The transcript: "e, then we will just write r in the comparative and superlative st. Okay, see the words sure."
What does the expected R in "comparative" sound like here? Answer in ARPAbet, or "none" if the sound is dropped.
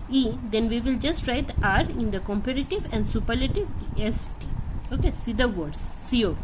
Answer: R